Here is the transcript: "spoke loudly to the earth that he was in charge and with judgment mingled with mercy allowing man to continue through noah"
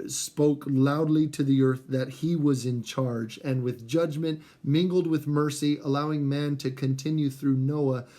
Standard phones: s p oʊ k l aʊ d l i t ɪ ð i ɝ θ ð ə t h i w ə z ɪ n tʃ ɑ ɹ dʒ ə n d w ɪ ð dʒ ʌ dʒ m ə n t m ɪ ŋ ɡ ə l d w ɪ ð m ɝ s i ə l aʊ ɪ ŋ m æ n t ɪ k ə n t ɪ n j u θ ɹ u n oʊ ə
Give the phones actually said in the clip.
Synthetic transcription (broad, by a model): s p oʊ k l aʊ d l i t ɪ ð i ɝ θ ð ə t h i w ə z ɪ n tʃ ɑ ɹ dʒ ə n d w ɪ ð dʒ ʌ dʒ m ə n t m ɪ ŋ ɡ l d w ɪ ð m ɝ s i ə l aʊ ɪ ŋ m æ n t ɪ k ə n t ɪ n j u θ ɹ u n oʊ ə